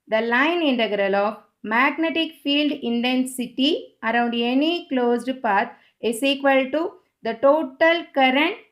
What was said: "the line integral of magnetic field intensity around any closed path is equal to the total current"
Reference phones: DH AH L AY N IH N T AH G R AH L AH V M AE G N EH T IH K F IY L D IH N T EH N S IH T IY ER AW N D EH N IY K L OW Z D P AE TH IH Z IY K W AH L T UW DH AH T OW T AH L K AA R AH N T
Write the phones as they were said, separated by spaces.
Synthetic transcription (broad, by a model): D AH L AY N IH N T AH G R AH L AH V M AE G N EH T IH K F IY L D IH N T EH N S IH T IY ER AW N D EH N IY K L OW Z D P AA T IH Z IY K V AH L T UW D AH T OW T AH L K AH R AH N T